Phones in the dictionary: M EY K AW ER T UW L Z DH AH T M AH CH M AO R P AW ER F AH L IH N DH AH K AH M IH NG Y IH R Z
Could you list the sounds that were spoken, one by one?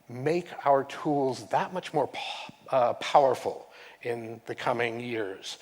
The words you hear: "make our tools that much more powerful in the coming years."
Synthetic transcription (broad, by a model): M EY K AW ER T UW L Z DH AH T M AH CH M AO R P AW ER F L IH N DH AH K AH M IH NG Y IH R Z